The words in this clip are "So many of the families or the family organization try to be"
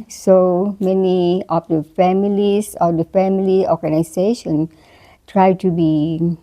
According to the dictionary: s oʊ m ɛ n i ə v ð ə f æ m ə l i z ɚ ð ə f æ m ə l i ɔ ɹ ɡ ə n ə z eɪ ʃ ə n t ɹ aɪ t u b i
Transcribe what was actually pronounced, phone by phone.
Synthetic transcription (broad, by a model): s oʊ m ɛ n i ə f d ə f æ m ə l i s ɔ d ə f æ m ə l i ɔ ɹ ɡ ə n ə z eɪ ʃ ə n t ɹ aɪ t u b i